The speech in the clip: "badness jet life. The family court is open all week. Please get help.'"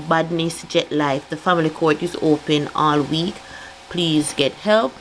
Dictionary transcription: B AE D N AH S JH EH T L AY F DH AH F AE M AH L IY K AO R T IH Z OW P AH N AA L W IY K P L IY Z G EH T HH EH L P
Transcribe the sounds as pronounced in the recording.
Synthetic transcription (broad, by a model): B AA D N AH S JH EH T L AY F DH AH F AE M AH L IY K AO R T IH Z OW P AH N AA L W IY K P L IY Z G EH T HH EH L P